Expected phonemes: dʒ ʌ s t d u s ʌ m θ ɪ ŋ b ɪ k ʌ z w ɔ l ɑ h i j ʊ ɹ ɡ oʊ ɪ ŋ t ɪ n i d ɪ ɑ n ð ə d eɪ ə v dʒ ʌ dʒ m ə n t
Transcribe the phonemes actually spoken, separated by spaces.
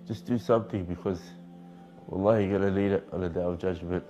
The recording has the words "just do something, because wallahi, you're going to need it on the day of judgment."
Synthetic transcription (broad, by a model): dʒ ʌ s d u s ʌ m θ ɪ ŋ b ɪ k ʌ z w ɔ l ɑ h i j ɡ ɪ t ɪ l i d ɪ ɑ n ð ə d eɪ ə v dʒ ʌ dʒ m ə n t